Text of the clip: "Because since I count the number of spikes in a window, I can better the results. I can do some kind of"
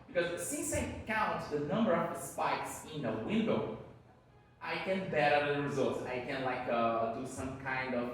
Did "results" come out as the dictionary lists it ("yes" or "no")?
yes